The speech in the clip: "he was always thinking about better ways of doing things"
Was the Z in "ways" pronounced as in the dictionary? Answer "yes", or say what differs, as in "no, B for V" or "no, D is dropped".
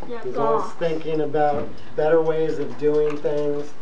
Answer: yes